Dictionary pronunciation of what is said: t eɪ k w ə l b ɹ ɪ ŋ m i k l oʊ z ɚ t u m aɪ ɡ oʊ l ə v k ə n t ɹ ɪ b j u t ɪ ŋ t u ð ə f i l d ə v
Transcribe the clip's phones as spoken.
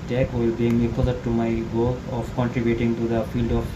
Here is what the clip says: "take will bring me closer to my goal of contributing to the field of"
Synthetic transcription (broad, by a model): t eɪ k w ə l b i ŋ m i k oʊ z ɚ t u m aɪ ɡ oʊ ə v k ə n t ɹ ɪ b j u t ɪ ŋ t u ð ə f i l d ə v